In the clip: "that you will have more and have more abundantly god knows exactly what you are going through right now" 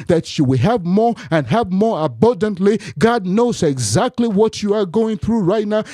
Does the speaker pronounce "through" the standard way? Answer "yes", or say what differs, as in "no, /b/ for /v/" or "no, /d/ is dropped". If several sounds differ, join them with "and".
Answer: yes